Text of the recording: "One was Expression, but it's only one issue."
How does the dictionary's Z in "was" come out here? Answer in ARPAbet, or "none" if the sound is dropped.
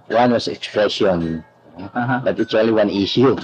S